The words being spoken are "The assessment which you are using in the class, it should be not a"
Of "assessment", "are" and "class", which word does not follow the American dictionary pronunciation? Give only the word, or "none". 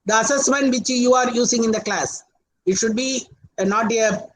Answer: none